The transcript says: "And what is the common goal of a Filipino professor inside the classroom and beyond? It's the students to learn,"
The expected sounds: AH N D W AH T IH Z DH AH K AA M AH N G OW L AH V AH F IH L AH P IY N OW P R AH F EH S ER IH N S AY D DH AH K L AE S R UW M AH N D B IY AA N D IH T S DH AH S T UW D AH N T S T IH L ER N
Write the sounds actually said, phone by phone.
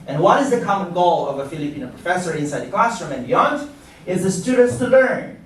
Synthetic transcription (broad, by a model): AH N W AH T IH Z DH AH K AA M AH N G OW L AH V AH F IH L AH P IY N OW P R AH F EH S ER IH N S AY D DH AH K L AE S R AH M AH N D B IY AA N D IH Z DH AH S T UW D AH N T S T IH L ER N